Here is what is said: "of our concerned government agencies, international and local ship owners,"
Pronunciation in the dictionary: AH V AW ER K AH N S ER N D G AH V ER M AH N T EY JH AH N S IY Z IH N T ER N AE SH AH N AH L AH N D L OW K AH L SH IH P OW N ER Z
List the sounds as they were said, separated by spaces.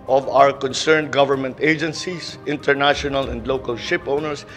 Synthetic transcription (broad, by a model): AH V AW ER K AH N S ER N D G AH V ER M AH N T EY JH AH N S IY S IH N T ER N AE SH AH N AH L AH N D L OW K AH L SH IH P OW N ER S